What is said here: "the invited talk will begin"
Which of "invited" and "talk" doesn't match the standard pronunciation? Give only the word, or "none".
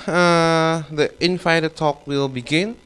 invited